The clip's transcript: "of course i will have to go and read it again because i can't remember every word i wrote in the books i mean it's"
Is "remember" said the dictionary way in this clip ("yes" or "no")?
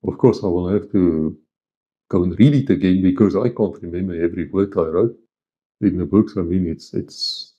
no